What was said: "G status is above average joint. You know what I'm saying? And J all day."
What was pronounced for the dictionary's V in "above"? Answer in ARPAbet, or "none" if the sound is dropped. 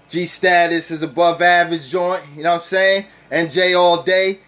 V